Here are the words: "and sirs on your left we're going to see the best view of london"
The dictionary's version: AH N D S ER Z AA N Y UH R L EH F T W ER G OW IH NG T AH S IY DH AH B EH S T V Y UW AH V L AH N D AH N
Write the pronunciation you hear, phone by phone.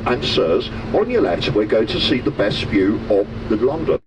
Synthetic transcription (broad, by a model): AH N S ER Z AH N Y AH L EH T W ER G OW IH T AH S IY DH AH B EH S T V Y UW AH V L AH N D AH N